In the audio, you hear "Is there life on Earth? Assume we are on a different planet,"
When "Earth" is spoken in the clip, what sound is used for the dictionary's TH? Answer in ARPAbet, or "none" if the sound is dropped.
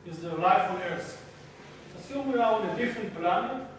S